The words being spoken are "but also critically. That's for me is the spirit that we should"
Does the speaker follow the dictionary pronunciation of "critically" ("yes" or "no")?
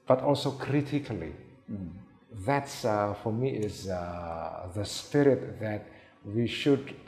yes